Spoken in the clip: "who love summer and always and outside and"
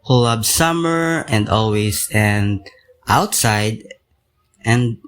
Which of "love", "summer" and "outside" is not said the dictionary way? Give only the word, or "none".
love